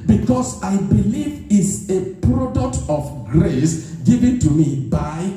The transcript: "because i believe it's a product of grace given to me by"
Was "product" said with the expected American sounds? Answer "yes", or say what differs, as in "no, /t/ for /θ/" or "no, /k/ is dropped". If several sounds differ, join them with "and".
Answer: yes